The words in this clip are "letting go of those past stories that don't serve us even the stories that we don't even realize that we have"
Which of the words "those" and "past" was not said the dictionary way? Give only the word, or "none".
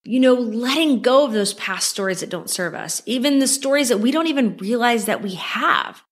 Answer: none